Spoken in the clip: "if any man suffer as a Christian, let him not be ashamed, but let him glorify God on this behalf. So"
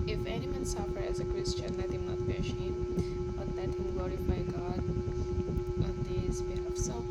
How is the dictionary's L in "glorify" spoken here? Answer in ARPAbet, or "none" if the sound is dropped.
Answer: none